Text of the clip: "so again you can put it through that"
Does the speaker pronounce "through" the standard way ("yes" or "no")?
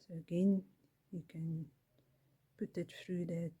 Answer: no